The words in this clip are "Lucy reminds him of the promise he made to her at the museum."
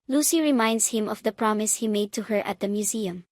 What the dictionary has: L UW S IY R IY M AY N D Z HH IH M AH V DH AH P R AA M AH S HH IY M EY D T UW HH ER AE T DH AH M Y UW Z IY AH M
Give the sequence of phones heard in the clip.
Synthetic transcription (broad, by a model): L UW S IY R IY M AY N D S HH IH M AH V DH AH P R AA M AH S HH IY M EY D T UW HH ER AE T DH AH M Y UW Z IY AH M